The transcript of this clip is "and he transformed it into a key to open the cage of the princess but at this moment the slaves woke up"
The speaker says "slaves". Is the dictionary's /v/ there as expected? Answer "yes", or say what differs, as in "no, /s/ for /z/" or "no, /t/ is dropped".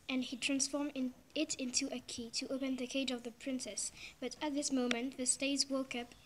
no, /v/ is dropped